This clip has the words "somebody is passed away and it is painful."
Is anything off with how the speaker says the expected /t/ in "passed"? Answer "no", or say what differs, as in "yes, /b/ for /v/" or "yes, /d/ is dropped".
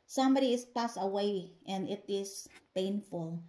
yes, /t/ is dropped